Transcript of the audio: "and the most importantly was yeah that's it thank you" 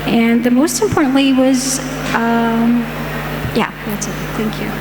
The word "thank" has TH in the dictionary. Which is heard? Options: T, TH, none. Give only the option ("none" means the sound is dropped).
TH